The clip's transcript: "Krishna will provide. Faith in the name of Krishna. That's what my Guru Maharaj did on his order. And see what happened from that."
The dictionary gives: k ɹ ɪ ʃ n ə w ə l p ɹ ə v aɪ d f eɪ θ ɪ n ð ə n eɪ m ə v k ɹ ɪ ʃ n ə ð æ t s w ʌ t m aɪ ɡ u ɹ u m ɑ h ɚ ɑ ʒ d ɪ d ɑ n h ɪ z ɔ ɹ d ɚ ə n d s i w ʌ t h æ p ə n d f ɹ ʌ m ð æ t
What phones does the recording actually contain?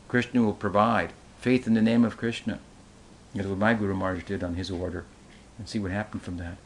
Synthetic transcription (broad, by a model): k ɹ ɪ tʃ n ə w ə l p ɹ ə v aɪ d f eɪ θ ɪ n ð ə n eɪ m ə v k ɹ ɪ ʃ n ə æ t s w ʌ t m aɪ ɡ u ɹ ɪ m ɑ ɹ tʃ d ɪ d n ɪ z ɔ ɹ d ɚ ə n s i w ʌ t h æ p n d f ɹ ʌ m ð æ t